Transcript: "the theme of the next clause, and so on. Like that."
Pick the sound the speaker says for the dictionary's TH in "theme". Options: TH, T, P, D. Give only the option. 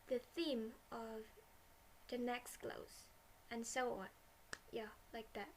TH